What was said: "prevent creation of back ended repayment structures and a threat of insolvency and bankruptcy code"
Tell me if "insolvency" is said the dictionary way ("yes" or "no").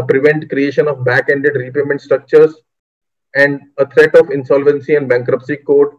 yes